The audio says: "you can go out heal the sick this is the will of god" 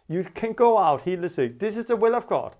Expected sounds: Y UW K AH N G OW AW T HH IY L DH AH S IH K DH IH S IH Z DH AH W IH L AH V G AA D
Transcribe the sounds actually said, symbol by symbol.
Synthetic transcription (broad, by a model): Y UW K AH N G OW AW T HH IY L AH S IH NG DH IH S IH Z DH AH W IH L AH V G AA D